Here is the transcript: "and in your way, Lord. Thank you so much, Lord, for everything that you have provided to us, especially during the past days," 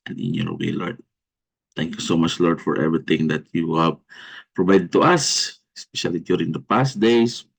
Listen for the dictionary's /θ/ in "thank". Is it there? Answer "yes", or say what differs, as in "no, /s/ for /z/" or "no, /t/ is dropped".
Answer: no, /t/ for /θ/